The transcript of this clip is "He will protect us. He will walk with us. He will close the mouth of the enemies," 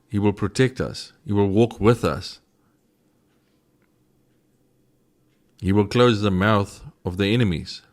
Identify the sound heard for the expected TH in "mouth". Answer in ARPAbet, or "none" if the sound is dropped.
TH